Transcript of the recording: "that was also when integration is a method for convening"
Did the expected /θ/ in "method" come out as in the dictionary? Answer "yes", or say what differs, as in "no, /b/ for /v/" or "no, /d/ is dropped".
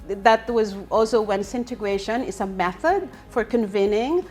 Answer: yes